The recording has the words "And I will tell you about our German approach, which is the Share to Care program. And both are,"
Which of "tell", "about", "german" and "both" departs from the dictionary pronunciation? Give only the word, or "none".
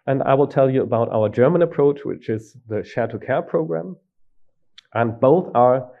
none